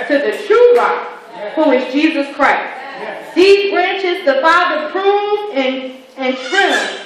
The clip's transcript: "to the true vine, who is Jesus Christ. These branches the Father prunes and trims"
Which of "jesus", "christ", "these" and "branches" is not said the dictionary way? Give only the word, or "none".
none